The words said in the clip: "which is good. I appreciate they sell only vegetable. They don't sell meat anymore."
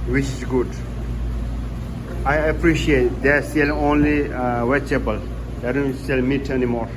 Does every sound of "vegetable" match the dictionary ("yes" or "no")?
no